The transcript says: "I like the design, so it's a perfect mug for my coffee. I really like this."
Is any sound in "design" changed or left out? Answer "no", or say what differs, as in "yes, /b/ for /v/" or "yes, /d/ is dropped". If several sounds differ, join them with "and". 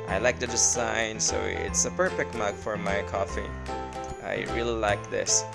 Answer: yes, /s/ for /z/